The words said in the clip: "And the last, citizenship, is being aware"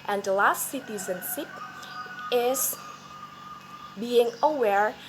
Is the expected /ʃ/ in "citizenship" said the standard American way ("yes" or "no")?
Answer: no